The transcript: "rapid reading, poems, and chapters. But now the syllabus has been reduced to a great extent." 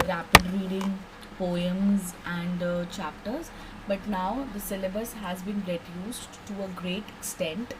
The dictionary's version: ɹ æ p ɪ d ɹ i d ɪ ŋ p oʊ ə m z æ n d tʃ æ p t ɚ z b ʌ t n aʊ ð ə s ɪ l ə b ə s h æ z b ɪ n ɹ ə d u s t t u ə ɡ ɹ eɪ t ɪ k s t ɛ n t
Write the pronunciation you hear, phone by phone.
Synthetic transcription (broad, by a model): ɹ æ p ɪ d ɹ i d ɪ ŋ p oʊ ə m z æ n d tʃ æ p t ɚ z b ʌ t n aʊ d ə s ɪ l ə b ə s h æ z b ɪ n ɹ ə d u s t t u ə ɡ ɹ eɪ t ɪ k s t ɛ n t